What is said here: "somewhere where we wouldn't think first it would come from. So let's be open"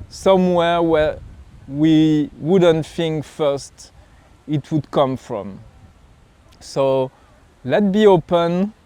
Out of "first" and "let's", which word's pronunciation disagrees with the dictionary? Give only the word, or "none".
let's